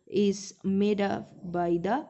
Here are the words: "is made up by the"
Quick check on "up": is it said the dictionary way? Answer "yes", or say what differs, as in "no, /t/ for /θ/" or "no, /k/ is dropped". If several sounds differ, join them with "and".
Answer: no, /f/ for /p/